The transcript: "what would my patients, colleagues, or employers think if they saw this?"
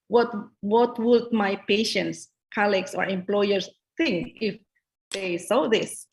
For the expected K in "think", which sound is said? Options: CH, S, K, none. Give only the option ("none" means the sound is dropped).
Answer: K